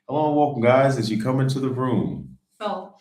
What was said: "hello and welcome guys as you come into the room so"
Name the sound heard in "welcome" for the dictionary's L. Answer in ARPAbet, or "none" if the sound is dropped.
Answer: none